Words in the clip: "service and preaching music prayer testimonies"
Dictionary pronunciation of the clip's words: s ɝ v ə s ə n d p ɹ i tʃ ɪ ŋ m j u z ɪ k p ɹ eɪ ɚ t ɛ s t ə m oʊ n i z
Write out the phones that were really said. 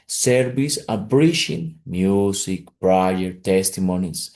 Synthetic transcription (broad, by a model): s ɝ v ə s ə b ɹ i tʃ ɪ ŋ m j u s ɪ k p ɹ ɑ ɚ t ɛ s t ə m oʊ n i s